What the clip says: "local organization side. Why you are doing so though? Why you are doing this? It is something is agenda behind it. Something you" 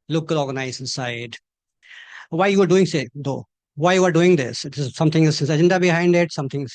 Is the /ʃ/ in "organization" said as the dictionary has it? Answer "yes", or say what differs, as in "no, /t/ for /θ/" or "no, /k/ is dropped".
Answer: no, /s/ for /ʃ/